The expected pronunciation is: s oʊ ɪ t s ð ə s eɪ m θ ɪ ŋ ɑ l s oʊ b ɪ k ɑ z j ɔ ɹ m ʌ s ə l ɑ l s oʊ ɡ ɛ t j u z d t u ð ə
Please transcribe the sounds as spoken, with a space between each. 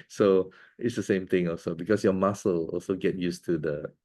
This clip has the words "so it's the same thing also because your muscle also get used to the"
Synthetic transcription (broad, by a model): s oʊ ɪ t s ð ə s eɪ m t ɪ ŋ ɑ l s oʊ b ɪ k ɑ s j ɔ m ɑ s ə l ɑ l s oʊ ɡ ɛ t j u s t u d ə